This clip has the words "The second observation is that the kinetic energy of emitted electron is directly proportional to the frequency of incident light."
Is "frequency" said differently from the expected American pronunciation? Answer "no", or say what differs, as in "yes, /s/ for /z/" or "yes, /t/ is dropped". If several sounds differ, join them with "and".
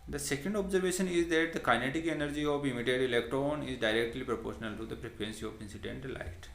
yes, /p/ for /f/